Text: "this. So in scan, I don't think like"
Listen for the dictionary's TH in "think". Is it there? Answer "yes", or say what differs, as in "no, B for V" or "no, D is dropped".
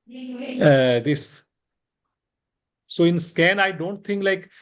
no, T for TH